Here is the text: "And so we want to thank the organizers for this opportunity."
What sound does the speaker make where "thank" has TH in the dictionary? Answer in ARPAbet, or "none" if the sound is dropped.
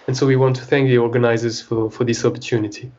TH